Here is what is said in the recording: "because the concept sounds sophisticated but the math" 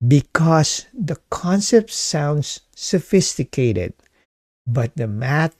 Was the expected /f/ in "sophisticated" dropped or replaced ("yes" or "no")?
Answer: no